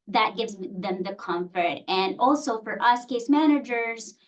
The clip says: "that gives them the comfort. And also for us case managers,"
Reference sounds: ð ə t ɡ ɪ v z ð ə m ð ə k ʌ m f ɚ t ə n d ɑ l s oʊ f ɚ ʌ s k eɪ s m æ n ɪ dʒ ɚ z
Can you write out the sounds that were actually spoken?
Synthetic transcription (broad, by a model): ð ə t ɡ ɪ v z ð ə m ð ə k ʌ m f ɚ t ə n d ɑ l s oʊ f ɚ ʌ s k eɪ s m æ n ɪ dʒ ɚ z